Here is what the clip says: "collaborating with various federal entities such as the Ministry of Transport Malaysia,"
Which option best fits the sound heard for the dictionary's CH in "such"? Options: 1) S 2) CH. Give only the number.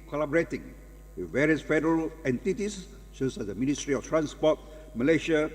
1